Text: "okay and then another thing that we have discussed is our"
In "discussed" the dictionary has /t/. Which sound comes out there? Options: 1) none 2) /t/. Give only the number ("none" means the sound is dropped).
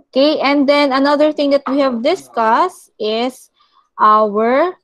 2